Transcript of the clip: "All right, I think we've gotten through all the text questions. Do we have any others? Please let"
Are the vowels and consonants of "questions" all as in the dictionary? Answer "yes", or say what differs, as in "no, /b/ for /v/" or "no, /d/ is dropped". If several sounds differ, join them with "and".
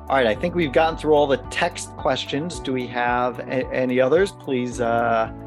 yes